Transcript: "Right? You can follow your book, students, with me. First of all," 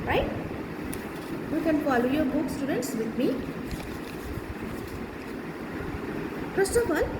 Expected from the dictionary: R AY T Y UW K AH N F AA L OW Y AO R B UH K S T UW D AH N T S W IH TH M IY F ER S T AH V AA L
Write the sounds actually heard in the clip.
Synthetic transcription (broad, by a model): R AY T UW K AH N P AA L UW Y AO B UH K S T UW D AH N T S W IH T M IY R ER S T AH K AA L